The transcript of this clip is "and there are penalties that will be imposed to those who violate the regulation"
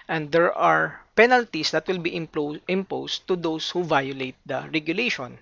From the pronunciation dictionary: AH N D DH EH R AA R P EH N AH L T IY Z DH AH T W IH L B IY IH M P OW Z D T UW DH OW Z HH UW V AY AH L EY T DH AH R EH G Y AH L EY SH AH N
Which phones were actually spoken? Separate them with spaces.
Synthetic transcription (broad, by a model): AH N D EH R AA R P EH N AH L T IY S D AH T W IH L B IY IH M P OW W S T UW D OW S HH UW V AY AH L EY T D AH R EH G Y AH L EY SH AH N